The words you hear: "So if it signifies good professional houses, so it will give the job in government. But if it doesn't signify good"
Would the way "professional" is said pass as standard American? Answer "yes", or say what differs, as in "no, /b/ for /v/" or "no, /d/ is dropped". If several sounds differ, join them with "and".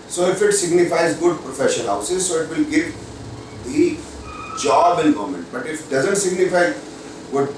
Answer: no, /n/ is dropped and /n/ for /l/